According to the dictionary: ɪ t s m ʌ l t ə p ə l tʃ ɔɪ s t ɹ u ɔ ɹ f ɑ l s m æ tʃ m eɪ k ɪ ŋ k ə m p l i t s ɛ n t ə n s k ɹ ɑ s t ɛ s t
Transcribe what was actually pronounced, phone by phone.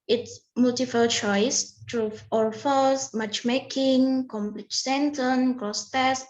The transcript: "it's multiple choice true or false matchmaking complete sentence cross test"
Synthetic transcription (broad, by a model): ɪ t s m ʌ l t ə f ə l tʃ ɔɪ s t ɹ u ɔ ɹ f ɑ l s m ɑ tʃ m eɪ k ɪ ŋ k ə m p l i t s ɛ n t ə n k ɹ ɑ s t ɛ s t